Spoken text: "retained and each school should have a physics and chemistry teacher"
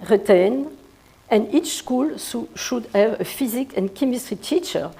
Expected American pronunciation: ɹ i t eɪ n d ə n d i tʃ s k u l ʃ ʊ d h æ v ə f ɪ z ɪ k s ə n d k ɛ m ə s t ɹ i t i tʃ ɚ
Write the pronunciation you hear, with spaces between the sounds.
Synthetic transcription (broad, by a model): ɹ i t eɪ n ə n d i tʃ s k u l ʃ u d h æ v ə f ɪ z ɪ k ə n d k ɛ m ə s t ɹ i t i tʃ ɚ